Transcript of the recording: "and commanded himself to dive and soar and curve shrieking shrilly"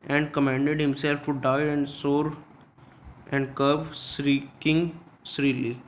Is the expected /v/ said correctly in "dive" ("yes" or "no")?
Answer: no